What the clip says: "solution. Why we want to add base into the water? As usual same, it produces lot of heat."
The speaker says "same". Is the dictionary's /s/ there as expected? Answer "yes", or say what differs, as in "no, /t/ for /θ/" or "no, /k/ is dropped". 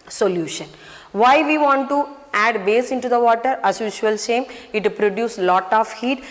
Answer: no, /ʃ/ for /s/